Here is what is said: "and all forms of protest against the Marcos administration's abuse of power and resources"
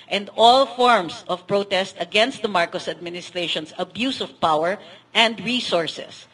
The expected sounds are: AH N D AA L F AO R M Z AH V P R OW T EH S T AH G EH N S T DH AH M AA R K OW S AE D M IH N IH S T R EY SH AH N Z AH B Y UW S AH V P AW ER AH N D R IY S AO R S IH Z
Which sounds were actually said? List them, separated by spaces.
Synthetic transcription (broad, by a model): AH N D AA L F AO R M S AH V P R OW T EH S T AH G EH N S T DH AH M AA R K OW S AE D M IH N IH S T R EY SH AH N S AH B Y UW S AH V P AW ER AH N D R IY S AO R S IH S